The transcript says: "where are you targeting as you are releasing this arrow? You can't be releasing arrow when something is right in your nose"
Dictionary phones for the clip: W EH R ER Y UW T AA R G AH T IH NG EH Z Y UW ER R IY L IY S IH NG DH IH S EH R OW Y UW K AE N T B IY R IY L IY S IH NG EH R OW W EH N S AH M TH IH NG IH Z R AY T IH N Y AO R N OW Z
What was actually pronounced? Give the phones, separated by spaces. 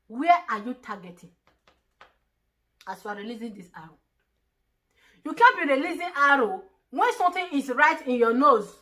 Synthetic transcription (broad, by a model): W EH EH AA Y UW T AA G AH T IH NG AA S Y UW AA R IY L IY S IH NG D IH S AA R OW Y UW K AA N B IY R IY L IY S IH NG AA R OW W EH N S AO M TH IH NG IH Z R AY T IH N Y AO N OW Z